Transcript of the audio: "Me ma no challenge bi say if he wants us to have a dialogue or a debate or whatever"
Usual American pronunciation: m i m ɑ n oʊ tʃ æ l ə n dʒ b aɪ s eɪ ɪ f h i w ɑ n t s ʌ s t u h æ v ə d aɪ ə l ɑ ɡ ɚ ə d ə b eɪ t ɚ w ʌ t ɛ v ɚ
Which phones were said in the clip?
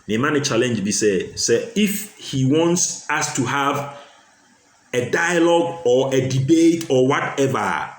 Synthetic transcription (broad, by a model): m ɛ m ɑ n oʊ tʃ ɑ l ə n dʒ b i s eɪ ɪ f h i w ɑ n t s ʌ s t u h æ v ə d aɪ ə l ɑ ɡ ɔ ə d ə b eɪ t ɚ w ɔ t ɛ v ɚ